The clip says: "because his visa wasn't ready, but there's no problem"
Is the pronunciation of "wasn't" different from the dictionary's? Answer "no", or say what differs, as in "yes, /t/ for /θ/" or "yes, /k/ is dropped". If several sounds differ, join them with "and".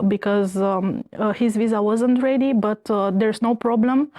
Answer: no